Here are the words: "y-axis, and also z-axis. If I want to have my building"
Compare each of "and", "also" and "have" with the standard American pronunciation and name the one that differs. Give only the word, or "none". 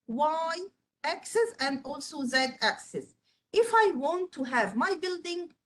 none